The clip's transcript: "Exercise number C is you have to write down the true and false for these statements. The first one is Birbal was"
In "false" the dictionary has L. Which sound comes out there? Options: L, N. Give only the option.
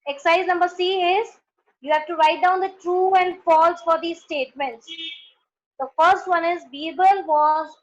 L